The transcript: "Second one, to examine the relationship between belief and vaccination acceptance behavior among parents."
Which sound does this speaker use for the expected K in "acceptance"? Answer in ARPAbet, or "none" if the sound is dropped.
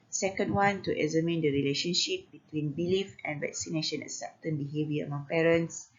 none